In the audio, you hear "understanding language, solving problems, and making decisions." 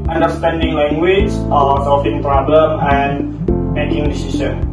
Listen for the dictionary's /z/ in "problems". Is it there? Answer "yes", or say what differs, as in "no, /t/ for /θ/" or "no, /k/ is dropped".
no, /z/ is dropped